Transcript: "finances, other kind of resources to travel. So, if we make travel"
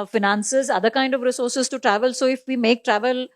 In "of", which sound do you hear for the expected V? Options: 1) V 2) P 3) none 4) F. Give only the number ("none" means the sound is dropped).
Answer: 1